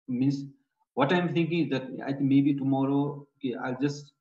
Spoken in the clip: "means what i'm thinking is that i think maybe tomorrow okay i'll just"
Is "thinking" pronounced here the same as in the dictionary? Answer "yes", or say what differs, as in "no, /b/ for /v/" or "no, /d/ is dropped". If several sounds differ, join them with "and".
no, /t/ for /θ/